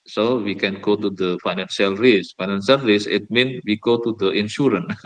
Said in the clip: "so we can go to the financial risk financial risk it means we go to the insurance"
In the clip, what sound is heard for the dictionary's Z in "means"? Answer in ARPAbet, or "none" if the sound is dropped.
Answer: none